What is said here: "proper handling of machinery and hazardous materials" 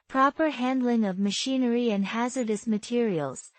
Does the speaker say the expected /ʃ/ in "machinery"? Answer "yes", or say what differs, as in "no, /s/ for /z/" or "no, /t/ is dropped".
yes